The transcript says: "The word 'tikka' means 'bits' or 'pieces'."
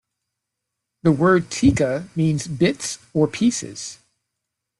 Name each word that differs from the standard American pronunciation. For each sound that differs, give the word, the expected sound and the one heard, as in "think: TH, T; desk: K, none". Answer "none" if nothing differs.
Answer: none